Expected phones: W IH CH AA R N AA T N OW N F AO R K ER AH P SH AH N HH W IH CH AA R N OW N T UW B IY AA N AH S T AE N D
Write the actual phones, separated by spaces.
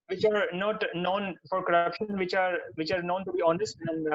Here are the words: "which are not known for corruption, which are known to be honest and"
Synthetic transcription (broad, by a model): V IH CH AA R N AA T N OW N F AO R K ER AH P SH AH N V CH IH CH AA R N OW N T UW B IY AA N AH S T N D